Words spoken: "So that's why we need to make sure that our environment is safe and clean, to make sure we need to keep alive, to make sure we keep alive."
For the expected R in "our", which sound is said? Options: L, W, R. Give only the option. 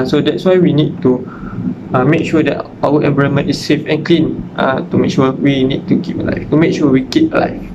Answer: W